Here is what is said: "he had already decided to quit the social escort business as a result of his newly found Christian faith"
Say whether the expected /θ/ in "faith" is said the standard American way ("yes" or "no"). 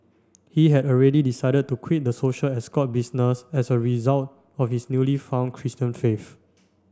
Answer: no